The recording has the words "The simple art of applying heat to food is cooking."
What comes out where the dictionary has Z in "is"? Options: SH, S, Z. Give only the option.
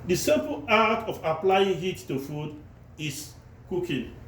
S